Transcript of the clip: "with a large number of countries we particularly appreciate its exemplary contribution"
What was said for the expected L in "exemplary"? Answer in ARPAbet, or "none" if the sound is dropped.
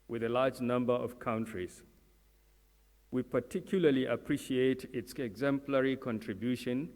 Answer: L